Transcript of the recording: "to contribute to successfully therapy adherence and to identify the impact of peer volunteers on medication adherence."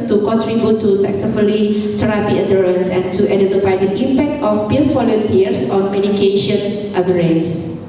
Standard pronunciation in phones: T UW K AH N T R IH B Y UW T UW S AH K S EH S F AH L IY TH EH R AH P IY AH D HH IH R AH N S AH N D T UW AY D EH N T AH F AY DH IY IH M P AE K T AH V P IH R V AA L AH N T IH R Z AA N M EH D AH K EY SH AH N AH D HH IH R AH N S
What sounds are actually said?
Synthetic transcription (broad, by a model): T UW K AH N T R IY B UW T UW S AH K S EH F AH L IY T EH R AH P IY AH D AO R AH N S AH N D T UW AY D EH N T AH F AY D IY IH M P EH K T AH F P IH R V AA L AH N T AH R S AA N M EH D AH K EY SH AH N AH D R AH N S